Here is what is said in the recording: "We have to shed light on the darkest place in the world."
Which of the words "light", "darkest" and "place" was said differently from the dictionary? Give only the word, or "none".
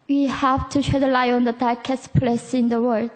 light